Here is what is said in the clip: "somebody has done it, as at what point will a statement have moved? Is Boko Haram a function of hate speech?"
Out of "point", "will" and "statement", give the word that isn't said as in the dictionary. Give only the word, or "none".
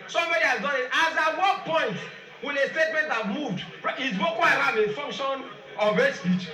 will